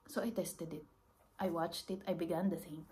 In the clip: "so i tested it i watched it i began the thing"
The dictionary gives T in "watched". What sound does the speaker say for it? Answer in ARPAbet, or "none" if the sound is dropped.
T